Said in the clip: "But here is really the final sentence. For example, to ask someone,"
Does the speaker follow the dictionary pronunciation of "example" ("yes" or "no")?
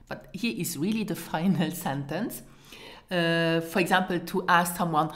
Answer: yes